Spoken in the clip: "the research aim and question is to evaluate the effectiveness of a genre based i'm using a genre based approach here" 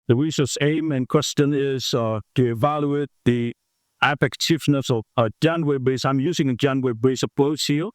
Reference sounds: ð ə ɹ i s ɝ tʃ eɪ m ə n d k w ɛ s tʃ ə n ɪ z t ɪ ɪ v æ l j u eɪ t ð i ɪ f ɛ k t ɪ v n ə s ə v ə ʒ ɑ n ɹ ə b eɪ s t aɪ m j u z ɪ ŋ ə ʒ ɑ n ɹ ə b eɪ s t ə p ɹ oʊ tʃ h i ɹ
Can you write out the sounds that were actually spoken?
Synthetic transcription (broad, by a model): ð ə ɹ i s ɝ s eɪ m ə n k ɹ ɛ s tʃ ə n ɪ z t ɪ ɪ v æ l j u eɪ t ð i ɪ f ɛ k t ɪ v n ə s ə v ə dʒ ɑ n w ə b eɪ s aɪ m j u z ɪ ŋ ə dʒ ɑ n w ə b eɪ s ə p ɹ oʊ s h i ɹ